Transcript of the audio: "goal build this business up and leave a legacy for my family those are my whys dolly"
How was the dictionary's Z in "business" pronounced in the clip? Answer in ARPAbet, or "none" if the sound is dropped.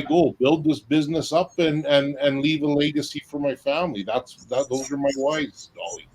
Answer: Z